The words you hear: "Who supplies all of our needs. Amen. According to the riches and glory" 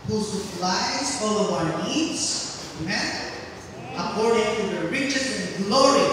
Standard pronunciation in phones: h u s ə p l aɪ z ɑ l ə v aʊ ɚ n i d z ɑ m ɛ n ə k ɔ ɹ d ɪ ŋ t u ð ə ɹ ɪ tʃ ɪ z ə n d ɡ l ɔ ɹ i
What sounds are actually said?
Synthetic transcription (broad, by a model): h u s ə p l aɪ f ɑ l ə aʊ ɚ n i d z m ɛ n ə k ɔ ɹ d ɪ ŋ t u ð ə ɹ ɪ tʃ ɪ s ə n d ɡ l ɔ ɹ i